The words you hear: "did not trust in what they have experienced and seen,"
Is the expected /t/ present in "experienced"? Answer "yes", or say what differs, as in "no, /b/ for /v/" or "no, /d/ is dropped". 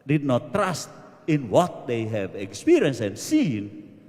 no, /t/ is dropped